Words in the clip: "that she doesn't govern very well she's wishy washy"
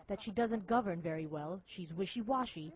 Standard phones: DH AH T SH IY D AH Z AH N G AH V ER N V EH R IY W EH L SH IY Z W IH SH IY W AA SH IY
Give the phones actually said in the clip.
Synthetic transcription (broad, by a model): DH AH T SH IY D AH Z AH N G AH V ER N V EH R IY W EH L SH IY Z W IH SH IY W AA SH IY